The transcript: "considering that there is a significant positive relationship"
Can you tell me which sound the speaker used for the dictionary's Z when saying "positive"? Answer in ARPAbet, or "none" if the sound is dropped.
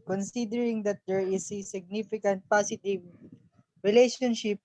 S